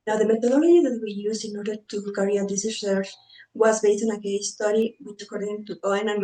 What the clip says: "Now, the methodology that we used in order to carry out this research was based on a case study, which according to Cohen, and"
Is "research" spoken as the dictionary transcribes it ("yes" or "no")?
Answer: no